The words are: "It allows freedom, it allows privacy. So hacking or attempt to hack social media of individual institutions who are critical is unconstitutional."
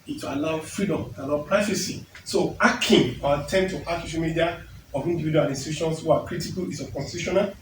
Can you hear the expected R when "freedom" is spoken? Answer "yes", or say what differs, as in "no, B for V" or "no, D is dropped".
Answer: yes